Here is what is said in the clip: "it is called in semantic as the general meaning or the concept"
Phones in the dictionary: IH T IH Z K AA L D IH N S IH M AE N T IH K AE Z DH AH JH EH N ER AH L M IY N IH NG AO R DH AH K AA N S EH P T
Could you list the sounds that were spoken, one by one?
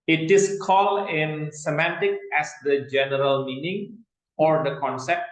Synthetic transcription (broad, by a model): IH T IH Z K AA L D IH N S IH M AE N T IH K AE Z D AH JH EH N ER AH L M IY N IH NG AO R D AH K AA N S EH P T